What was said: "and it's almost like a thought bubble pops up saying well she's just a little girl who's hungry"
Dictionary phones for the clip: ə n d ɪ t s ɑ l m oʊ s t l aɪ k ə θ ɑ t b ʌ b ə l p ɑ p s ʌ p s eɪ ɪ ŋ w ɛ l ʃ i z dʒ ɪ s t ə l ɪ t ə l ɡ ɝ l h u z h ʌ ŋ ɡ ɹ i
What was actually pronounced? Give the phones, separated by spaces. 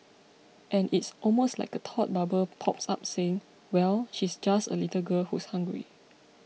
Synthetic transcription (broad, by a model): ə n ɪ t s ɑ l m oʊ s t l aɪ k ə t ɑ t b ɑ b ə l p ɑ p s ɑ p s eɪ ɪ ŋ w ɛ l ʃ i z dʒ ɪ s t ə l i t ə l ɡ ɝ l h u s h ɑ ŋ ɡ ɹ i